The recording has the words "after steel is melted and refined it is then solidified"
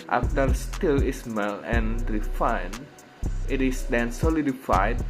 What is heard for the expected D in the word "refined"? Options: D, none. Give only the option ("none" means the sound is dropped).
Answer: none